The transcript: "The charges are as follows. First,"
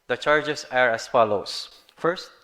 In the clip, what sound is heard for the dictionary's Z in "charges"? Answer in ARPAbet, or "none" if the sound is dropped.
S